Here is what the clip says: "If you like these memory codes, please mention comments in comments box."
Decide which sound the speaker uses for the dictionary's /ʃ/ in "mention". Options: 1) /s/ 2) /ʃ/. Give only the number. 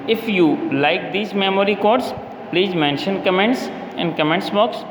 2